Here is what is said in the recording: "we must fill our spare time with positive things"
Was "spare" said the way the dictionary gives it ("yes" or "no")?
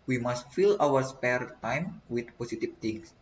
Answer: yes